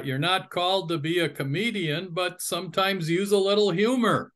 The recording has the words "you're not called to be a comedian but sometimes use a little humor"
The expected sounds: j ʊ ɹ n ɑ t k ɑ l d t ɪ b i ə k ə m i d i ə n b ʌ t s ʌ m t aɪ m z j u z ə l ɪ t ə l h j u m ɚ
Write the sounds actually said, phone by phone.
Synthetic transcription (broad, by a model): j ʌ ɹ n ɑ t k ɑ l d t ɪ b i ə k ə m i d i ə n b ʌ t s ʌ m t aɪ m z j u z ə l ɪ t l h j u m ɚ